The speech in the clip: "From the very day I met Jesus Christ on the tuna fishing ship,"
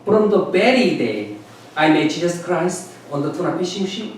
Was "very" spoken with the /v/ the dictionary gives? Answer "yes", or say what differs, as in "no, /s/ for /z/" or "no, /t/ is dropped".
no, /b/ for /v/